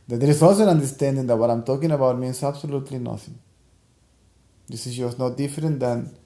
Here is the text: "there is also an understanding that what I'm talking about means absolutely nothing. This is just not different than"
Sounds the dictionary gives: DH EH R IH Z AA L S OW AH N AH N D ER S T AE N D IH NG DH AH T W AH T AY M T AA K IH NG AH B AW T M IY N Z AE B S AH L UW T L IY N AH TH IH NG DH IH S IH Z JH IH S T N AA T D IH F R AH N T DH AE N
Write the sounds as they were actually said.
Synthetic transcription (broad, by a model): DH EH R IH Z AA L S OW AH N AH N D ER S T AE N D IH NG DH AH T W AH T AY M T AA K IH NG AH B AW T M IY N S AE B S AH L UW T L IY N AH TH IH NG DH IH S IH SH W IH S N AA T D IH F R AH N T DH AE N